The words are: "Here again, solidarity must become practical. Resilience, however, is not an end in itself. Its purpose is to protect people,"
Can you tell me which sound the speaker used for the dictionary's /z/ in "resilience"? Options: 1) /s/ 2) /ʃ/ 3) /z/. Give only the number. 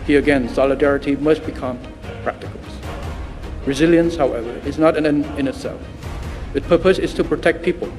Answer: 3